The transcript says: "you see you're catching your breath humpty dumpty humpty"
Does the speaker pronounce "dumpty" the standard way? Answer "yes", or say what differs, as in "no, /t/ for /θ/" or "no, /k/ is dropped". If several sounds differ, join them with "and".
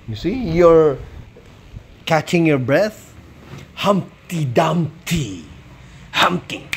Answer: no, /p/ is dropped